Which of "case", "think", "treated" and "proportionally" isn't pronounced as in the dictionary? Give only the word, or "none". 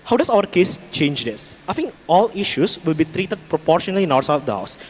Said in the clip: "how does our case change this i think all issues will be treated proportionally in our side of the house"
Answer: think